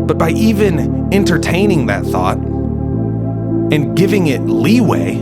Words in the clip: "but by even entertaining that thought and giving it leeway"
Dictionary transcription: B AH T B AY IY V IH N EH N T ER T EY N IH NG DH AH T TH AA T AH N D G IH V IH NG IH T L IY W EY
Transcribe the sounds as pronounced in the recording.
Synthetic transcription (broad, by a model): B AH T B AY IY V IH N EH N T ER T EY N IH NG DH AH T TH AA T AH N G IH V IH NG IH T L IY W EY